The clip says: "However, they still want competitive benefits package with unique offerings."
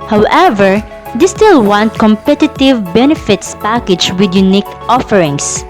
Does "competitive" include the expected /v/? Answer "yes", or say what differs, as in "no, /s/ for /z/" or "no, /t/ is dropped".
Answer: yes